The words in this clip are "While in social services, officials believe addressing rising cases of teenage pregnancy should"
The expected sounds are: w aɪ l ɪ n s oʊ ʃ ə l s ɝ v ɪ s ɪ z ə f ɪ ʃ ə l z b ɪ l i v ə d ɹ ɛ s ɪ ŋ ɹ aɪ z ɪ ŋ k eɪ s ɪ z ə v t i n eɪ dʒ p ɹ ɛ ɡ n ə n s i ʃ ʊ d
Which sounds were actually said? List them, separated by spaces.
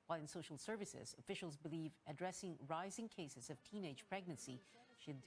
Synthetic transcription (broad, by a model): w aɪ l ɪ n s oʊ ʃ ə l s ɝ v ɪ s ɪ z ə f ɪ ʃ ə l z b ɪ l i v ə d ɹ ɛ s ɪ ŋ ɹ aɪ z ɪ ŋ k eɪ s ɪ z ə v t i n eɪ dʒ p ɹ ɛ ɡ n ə n s i ʃ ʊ d